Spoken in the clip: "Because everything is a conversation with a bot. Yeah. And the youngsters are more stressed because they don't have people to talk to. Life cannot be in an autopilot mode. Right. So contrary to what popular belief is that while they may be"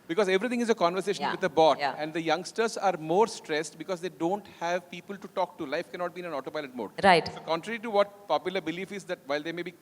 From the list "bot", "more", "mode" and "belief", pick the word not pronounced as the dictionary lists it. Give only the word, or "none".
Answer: none